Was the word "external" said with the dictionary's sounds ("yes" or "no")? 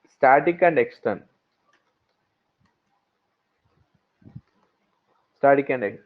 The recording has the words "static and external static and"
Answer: no